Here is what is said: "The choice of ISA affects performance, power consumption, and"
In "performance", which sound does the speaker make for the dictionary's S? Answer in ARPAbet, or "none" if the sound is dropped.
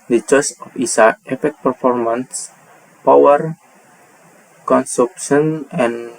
S